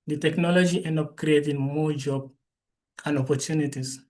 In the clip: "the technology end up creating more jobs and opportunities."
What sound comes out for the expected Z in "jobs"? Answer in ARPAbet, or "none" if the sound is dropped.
none